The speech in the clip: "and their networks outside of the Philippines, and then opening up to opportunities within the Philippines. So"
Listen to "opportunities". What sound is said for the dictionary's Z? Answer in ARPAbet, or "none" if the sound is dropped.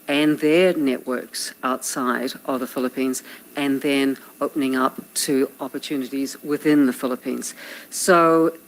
Z